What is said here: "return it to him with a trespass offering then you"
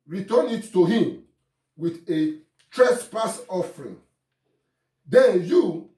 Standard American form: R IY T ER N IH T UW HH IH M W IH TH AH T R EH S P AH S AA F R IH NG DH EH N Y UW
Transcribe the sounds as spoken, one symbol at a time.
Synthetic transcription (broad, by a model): R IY T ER N IH T UW HH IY M W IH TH AH T R EH S P AH S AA F R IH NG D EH N Y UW